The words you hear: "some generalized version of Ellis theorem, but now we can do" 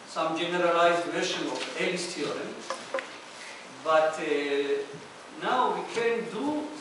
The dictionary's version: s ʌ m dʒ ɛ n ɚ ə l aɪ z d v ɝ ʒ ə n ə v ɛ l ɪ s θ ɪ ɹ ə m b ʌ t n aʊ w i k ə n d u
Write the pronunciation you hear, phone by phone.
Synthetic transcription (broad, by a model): s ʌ m dʒ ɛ n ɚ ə l aɪ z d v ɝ ʃ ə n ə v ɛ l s t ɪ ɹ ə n b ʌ t n aʊ w i k ə n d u